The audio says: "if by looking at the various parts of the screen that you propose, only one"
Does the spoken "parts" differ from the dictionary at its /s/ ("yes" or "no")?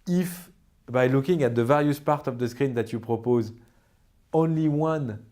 yes